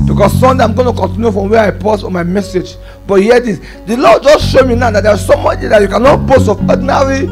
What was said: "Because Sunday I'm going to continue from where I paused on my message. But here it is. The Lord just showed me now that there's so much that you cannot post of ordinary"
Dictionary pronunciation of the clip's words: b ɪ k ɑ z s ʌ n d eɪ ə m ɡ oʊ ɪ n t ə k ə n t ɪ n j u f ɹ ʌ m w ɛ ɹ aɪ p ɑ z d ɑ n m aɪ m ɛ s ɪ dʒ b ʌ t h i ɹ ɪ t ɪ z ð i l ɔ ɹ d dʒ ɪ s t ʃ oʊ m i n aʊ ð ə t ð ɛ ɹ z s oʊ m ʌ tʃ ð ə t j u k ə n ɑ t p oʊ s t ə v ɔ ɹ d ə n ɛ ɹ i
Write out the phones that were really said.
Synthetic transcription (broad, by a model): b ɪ k ɑ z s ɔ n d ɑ ə m ɡ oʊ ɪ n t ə k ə n t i n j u f ɹ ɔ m w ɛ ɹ aɪ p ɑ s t ɑ n m aɪ m ɛ s ɪ dʒ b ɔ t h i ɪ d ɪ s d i l ɔ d dʒ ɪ s ʃ oʊ m i n aʊ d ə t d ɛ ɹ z s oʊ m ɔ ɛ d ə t j u k ə n ɑ t b oʊ s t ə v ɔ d n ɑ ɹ i